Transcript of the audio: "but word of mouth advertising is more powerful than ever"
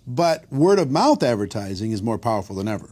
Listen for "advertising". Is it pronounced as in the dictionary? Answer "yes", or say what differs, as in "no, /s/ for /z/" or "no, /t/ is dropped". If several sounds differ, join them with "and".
yes